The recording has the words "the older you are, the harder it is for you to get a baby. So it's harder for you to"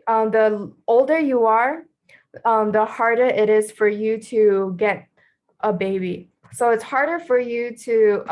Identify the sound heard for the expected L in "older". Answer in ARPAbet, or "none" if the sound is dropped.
L